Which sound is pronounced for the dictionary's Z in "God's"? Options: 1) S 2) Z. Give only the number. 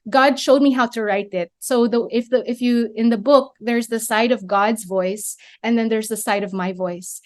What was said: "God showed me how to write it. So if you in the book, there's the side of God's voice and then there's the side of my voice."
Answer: 2